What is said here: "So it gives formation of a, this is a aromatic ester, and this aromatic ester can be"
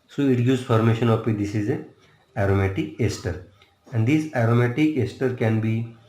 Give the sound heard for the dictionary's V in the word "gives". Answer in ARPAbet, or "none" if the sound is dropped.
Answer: none